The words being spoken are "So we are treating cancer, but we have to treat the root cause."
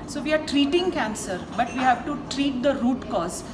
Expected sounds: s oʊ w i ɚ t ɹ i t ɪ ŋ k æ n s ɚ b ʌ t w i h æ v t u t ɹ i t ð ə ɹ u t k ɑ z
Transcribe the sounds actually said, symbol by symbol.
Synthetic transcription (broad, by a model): s oʊ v i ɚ t ɹ i t ɪ ŋ k æ n s ɚ b ʌ t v i h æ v t u t ɹ i t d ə ɹ u t k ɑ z